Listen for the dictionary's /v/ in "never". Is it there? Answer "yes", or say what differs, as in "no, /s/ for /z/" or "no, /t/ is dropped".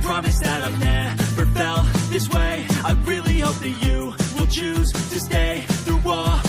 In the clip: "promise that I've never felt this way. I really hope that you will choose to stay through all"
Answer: no, /f/ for /v/